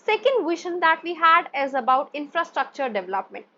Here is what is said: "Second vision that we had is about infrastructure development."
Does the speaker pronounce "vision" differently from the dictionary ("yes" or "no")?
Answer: yes